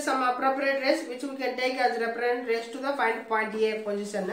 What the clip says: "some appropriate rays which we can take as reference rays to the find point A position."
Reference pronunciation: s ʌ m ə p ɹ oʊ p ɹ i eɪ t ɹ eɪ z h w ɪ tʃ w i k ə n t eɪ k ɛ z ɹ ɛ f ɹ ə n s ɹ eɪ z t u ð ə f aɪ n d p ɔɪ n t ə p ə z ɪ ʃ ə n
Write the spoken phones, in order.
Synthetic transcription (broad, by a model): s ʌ m ə p ɹ oʊ p ɹ i eɪ t ɹ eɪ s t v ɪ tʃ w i k ə n t eɪ k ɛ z ɹ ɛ p ɹ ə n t ɹ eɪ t t u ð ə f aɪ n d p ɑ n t ə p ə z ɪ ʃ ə n